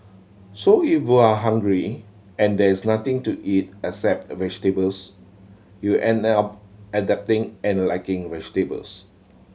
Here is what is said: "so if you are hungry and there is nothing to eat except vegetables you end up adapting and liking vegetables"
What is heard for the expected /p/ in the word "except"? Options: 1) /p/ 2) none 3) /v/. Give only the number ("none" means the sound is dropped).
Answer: 1